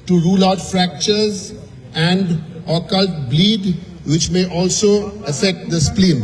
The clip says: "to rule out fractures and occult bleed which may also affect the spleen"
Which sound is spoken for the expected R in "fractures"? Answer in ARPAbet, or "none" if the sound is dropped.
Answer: R